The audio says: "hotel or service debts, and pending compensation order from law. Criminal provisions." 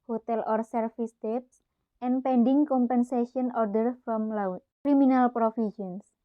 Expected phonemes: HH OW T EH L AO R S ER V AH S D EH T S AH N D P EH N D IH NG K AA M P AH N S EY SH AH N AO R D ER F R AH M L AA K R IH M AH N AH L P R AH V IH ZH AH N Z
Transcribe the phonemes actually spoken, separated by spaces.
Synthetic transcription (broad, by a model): HH OW T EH L AO R S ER F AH S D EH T S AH N P EH N D IH NG K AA M P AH N S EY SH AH N AO R D ER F R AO M L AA K R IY M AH N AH L P R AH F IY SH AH N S